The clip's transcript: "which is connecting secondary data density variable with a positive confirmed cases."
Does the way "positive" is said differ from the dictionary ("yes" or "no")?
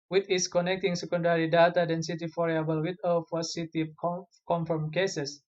yes